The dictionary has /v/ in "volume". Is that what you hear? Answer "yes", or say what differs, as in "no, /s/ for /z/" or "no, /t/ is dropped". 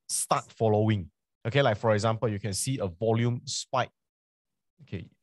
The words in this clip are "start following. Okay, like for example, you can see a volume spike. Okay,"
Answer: yes